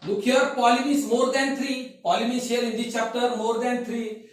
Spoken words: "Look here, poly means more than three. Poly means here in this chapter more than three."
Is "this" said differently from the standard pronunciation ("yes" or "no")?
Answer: yes